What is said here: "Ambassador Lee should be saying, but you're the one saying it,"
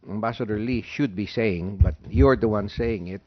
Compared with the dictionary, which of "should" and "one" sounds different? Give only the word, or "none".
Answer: none